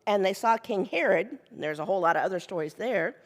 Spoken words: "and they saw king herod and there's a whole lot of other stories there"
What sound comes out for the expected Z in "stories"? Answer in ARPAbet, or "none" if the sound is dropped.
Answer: Z